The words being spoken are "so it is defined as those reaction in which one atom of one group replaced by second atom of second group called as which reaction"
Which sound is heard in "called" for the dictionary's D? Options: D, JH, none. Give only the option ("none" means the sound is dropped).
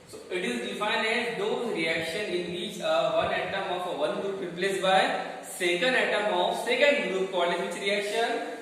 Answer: none